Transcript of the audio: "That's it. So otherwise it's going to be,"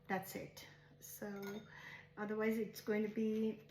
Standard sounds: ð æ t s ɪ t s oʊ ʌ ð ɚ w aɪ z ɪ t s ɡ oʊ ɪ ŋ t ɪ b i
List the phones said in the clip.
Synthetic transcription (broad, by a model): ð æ t s ɪ t s oʊ ʌ ð ɚ w aɪ z ɪ t s ɡ oʊ ɪ ŋ t ɪ b i